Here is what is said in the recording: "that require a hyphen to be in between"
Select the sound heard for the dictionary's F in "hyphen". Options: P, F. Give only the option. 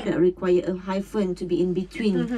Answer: F